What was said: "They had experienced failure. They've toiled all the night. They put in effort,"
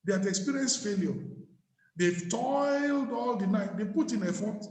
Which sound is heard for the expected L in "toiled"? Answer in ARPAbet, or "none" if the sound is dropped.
L